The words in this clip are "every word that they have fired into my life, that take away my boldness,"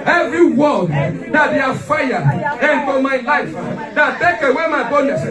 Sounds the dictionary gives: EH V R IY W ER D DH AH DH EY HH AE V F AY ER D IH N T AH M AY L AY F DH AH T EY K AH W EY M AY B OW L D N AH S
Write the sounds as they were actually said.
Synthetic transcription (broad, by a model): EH V R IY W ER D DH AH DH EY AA F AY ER IH N T AH M AY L AY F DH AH T EY K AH W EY M AY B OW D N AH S